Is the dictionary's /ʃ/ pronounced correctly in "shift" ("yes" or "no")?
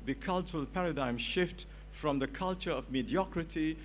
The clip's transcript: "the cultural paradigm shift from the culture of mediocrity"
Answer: yes